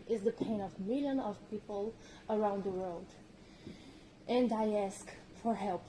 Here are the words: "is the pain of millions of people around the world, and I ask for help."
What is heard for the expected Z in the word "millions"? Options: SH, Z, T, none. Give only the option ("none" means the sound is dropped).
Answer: none